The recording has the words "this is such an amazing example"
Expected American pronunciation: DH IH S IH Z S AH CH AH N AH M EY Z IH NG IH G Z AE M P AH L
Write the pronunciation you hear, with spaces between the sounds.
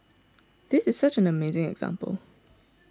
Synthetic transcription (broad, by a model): DH IH S IH Z S AH CH AH N AH M EY Z IH NG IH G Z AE M P AH L